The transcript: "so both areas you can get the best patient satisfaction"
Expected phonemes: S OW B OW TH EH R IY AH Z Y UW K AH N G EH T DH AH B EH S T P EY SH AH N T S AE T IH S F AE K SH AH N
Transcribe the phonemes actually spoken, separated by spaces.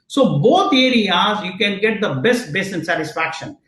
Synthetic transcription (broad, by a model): S OW B OW T EH R IY AH Z Y UW K AH N G EH T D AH B EH S T B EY S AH N S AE T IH S F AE K SH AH N